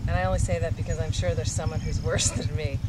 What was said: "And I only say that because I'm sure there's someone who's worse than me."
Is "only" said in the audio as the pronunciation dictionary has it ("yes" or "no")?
no